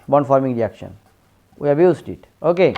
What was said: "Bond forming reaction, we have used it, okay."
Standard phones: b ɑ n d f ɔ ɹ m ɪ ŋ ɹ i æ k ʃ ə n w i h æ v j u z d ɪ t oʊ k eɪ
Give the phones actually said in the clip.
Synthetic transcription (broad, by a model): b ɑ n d f ɔ ɹ m ɪ ŋ ɹ i æ k ʃ ə n w i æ b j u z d ɪ t oʊ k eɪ